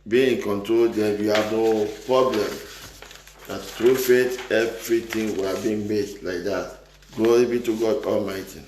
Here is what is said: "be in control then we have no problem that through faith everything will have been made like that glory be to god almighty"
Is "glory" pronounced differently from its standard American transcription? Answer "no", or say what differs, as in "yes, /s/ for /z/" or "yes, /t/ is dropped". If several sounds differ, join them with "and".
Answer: yes, /l/ is dropped